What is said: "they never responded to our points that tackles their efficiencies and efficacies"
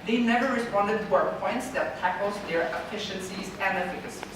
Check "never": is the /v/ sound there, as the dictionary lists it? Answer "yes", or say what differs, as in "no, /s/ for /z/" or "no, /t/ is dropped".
yes